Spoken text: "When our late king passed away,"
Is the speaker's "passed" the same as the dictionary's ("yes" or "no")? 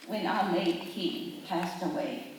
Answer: yes